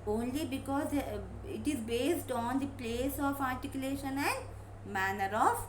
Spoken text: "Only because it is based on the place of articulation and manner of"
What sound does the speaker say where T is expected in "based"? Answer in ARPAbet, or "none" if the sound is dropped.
T